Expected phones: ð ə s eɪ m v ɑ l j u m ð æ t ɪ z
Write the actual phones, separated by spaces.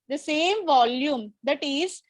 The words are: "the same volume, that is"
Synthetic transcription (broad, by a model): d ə s eɪ m v ɑ l j u m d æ t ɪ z